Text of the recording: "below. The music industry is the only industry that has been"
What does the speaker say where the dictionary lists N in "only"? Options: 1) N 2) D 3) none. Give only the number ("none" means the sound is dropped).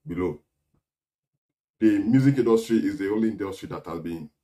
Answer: 3